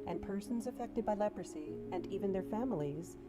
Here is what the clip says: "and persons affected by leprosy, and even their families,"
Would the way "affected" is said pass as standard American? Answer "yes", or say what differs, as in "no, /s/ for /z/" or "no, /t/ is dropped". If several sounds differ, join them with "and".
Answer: yes